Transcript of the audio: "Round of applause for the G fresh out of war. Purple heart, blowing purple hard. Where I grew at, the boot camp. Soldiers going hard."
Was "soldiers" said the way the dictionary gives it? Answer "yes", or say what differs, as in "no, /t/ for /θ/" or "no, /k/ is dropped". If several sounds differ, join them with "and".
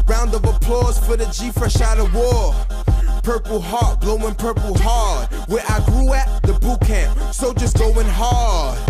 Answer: no, /l/ is dropped and /s/ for /z/